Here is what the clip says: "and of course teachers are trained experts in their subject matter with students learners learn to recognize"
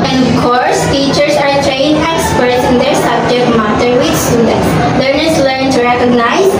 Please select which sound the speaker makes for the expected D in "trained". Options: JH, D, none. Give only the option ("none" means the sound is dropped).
none